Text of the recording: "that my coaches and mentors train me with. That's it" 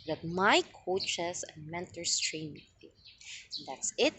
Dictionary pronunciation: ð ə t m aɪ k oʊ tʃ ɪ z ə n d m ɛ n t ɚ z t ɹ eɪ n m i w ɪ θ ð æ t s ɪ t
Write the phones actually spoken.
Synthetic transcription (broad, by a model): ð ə t m aɪ k oʊ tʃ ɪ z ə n m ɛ n t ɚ s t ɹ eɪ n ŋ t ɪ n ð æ t s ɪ t